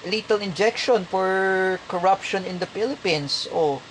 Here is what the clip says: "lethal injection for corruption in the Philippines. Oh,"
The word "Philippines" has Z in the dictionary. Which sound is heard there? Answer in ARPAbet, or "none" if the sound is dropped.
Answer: S